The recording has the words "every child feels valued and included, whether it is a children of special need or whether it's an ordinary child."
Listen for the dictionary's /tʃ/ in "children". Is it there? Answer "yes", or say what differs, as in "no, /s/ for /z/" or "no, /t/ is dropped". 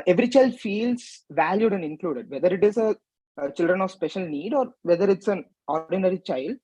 yes